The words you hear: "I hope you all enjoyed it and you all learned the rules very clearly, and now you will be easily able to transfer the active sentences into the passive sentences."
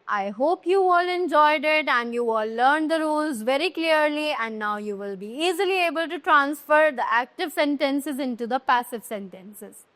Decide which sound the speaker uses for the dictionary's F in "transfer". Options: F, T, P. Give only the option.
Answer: F